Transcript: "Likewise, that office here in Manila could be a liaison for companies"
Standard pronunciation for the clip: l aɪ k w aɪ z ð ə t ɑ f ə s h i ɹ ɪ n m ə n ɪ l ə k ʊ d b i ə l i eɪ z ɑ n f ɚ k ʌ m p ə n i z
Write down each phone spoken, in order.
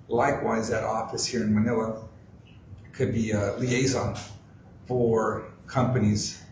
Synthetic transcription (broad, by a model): l aɪ k w aɪ z ð ə t ɑ f ə s h i ɹ ɪ n m ə n ɪ l ə k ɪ d b i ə l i eɪ z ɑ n f ɚ k ʌ m p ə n i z